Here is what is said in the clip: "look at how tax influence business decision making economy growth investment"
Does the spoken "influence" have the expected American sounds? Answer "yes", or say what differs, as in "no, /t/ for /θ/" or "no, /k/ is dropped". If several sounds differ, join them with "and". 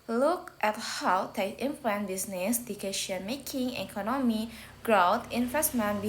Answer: no, /s/ is dropped